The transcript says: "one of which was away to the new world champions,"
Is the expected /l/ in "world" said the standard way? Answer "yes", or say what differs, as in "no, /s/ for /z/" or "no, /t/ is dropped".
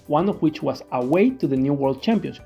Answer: yes